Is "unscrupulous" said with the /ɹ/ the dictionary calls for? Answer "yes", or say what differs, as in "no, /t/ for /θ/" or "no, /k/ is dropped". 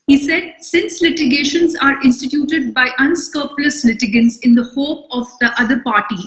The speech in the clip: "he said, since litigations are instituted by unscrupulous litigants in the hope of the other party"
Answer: no, /ɹ/ is dropped